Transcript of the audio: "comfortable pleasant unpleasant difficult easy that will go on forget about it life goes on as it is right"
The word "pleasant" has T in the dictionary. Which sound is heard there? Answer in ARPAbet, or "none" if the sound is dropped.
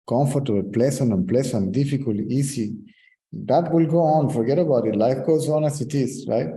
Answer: none